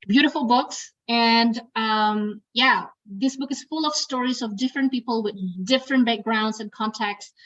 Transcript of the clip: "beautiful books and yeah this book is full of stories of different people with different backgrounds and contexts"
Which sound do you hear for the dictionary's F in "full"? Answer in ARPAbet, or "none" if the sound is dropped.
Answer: F